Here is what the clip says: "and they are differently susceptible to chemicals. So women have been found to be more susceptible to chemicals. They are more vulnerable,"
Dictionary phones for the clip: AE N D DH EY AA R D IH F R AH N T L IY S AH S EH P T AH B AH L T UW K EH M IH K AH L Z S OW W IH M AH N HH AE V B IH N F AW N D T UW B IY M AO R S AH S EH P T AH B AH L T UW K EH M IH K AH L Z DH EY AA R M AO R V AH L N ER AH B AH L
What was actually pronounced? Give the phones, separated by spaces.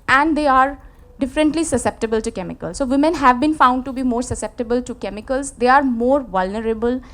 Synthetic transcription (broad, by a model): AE N D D EY AA R D IH F R AH N T L IY S AH S EH P T AH B AH L T UW K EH M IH K AH L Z S OW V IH M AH N HH AE V B IH N F AW N D T UW B IY M AO R S AH S EH P T AH B AH L T UW K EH M IH K AH L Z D EY AA R M AO R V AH L N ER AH B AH L